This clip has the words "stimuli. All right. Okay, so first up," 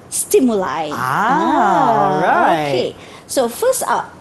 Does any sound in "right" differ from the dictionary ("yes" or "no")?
yes